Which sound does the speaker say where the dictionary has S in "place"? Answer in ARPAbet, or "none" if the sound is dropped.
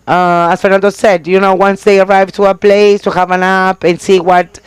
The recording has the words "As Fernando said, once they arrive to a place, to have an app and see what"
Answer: S